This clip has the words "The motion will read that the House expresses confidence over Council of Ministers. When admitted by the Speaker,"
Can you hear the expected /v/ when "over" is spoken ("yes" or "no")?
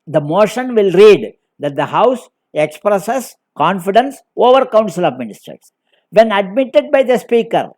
yes